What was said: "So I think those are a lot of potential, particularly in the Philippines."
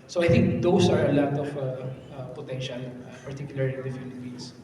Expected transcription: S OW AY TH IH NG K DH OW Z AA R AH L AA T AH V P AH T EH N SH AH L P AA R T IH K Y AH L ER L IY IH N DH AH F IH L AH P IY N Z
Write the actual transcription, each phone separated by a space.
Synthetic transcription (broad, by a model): S OW AY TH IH NG K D OW S AA R AH L AA T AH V P AH T EH N SH AH L P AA R T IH K Y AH L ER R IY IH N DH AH F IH L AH P IY N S